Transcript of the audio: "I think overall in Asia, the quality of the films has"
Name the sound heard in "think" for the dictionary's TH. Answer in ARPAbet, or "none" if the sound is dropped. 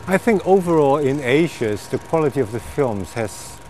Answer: TH